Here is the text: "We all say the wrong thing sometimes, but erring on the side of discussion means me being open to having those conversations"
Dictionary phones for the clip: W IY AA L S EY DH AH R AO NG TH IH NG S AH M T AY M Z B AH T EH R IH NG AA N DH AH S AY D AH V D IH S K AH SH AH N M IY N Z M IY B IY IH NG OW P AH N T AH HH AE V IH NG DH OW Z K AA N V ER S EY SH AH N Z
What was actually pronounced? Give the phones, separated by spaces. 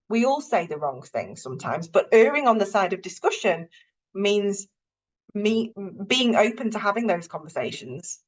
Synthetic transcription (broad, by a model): W IY AA L S EY DH AH R AO NG TH IH NG S AH M T AY M Z B AH T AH R IH NG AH N DH AH S AY D AH V D IH S K AH SH AH N M IY N Z M IY B IY IH NG OW P AH N T AH HH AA V IH NG DH OW Z K AA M V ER S EY SH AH N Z